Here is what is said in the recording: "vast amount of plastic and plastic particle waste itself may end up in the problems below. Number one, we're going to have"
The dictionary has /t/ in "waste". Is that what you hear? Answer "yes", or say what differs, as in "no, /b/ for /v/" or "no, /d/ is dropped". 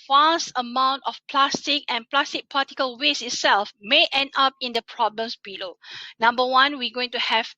no, /t/ is dropped